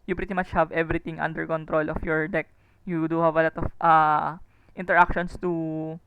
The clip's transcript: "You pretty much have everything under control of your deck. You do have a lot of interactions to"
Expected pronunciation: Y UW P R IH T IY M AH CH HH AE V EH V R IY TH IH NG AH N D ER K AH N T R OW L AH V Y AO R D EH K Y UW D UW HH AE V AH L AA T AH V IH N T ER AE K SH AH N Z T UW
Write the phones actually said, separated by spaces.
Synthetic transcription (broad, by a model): Y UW P R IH T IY M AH CH HH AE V EH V R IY T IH NG AH N D ER K AH N T R OW L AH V Y AO R D EH K Y UW D UW HH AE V AH L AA T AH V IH N T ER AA K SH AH N S T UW